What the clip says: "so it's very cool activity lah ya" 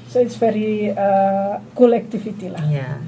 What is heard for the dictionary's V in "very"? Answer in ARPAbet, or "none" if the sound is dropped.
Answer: F